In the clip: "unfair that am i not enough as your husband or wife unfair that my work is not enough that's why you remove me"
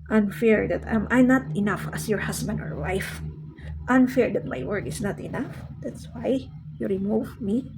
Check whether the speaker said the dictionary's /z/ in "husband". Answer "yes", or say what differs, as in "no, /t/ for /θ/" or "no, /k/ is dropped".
no, /s/ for /z/